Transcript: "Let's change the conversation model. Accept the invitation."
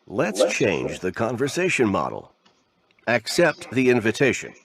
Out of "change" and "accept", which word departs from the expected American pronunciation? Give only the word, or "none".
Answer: none